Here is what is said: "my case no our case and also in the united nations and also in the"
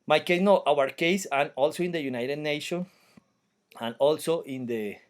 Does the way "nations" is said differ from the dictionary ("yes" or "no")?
yes